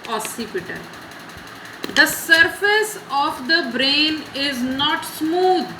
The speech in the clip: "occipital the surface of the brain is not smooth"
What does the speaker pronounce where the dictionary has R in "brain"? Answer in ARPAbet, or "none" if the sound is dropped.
R